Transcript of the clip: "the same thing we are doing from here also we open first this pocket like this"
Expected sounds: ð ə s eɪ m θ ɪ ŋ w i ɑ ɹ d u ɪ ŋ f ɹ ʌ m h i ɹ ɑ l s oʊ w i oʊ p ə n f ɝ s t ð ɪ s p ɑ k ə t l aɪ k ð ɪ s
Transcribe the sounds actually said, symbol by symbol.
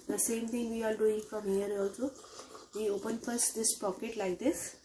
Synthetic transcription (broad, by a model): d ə s eɪ m t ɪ ŋ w i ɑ l d u ɪ ŋ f ɹ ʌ m h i ɹ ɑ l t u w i oʊ p ə n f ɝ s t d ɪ s p ɑ k ə t l aɪ k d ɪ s